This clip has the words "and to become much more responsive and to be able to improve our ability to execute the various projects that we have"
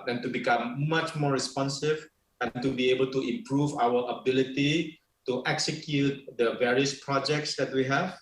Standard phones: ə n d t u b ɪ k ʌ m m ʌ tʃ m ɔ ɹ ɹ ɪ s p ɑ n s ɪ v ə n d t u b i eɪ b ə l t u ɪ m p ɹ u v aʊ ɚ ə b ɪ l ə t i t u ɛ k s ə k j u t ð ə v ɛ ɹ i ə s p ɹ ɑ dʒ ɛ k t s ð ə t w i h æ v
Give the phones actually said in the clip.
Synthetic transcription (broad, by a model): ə n t u b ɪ k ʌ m m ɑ tʃ m ɔ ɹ ɹ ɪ s p ɑ n s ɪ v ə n t u b i eɪ b ə l t u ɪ m p ɹ u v aʊ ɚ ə b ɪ l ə t i t u ɛ k s ə k j u t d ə v ɛ ɹ i ə s p ɹ ɑ dʒ ɛ k t s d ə t w i h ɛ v